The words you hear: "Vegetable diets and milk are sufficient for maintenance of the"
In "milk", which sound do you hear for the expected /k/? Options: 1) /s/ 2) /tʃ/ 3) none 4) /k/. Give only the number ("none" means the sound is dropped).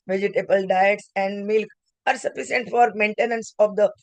4